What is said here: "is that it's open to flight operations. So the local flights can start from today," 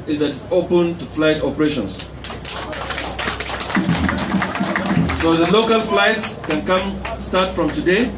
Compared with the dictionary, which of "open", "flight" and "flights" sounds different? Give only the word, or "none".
none